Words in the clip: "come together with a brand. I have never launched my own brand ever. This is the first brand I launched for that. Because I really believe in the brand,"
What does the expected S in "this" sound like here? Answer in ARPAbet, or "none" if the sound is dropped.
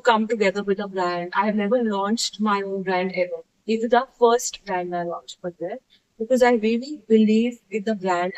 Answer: none